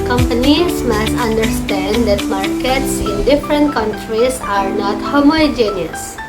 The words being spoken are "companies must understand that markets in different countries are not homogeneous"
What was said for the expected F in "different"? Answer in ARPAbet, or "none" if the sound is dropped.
F